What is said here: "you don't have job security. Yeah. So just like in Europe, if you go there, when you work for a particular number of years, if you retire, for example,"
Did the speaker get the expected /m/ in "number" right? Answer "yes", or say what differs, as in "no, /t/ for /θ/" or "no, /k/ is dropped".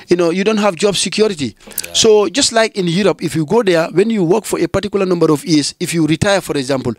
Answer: yes